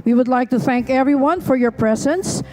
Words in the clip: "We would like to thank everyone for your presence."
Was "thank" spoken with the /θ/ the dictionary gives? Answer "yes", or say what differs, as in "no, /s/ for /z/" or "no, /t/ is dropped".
yes